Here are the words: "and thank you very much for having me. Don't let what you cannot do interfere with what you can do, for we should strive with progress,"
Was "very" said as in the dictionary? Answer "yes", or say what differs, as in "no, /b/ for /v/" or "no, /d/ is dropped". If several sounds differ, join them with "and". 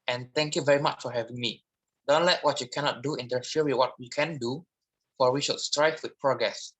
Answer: yes